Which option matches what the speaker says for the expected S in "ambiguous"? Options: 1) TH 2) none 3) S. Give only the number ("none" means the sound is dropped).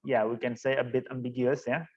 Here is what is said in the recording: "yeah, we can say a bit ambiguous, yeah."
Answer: 3